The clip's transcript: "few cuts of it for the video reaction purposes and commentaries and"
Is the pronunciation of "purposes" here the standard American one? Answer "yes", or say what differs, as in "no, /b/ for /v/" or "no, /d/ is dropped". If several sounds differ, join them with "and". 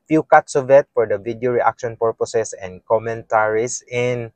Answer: no, /s/ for /z/